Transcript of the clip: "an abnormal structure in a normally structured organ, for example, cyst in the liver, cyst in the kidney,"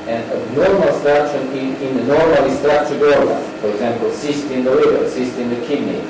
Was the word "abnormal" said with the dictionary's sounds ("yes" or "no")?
no